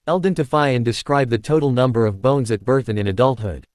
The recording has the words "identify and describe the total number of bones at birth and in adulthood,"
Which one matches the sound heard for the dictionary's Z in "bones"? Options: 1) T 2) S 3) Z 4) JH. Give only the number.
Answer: 3